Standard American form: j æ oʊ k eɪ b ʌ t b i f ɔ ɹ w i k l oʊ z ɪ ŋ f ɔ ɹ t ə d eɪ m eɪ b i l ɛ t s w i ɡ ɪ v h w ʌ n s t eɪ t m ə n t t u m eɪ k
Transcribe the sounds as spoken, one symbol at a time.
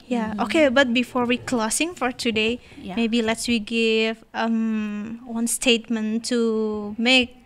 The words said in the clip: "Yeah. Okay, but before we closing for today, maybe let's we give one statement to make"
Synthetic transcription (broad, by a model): j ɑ oʊ k eɪ b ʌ t b i f ɔ ɹ w i k l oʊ s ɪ ŋ f ɔ ɹ t ə d eɪ m eɪ b i l ɛ t s w i ɡ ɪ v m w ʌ n s t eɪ t m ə n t t u m eɪ k